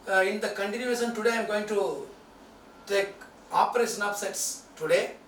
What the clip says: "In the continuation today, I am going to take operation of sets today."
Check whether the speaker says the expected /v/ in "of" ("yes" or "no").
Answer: no